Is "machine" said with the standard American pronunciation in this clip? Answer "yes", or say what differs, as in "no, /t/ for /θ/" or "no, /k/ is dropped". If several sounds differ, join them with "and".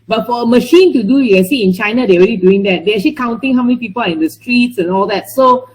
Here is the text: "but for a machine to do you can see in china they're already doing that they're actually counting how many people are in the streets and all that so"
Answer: yes